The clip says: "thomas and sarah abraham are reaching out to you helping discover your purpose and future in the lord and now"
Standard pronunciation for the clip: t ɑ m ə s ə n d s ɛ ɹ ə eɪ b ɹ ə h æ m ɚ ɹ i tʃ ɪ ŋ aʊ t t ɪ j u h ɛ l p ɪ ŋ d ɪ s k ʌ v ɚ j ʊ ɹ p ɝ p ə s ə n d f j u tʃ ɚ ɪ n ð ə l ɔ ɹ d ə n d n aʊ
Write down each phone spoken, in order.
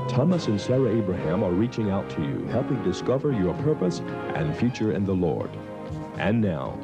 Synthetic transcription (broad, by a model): t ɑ m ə s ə n s ɛ ɹ ə eɪ b ɹ ə h æ m ɚ ɹ i tʃ ɪ ŋ aʊ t t ɪ j u h ɛ l p ɪ ŋ d ɪ s k ʌ v ɚ j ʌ ɹ p ɝ p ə s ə n f j u tʃ ɚ ɪ n ð ə l ɔ ɹ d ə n n aʊ